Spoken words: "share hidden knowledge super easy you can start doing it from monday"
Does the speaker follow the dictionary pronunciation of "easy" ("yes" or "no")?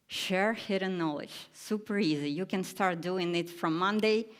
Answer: yes